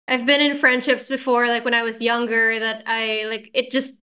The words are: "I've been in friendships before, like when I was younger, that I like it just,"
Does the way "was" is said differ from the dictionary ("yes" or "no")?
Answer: no